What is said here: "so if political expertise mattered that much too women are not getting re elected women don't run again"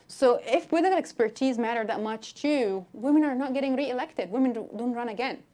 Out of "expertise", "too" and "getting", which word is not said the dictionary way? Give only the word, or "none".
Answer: none